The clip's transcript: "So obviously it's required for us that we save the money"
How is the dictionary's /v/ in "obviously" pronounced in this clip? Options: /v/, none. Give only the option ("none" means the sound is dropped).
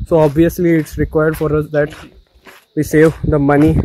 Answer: /v/